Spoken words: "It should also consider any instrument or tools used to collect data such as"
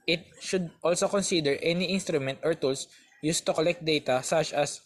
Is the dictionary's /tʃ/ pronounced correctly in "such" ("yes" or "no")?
yes